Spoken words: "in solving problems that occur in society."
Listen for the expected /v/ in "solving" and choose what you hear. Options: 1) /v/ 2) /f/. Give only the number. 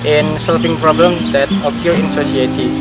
2